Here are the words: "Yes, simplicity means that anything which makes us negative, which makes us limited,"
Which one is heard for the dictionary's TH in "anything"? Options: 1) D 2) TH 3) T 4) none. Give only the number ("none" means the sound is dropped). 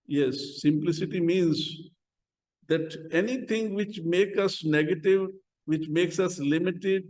3